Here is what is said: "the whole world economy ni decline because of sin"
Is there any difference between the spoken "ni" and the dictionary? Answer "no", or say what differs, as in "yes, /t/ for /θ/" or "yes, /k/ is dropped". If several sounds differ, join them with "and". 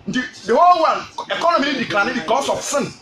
yes, /l/ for /n/